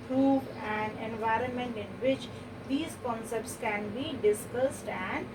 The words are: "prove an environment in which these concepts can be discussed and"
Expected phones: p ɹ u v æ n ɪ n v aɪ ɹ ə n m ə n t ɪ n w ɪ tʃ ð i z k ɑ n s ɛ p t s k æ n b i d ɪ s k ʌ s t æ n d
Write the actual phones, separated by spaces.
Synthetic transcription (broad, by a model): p ɹ u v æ n ɪ n v aɪ ɹ ə n m ə n t ɪ n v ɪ tʃ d i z k ɑ n s ɛ p t s k æ n b i d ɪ s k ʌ s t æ n d